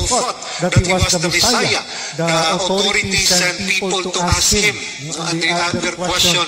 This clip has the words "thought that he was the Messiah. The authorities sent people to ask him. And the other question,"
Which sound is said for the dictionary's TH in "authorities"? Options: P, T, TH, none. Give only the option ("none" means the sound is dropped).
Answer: T